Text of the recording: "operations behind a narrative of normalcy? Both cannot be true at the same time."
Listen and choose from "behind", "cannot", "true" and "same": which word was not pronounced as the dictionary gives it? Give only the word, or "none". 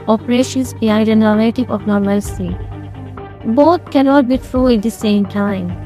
behind